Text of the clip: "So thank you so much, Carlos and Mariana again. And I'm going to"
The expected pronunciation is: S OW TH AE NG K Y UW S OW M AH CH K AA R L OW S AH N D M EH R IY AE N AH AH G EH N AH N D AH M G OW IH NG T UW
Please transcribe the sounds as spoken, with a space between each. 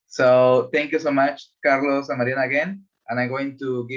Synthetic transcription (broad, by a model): S OW T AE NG K Y UW S OW M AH CH K AA R L OW S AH M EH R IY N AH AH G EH N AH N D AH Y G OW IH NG T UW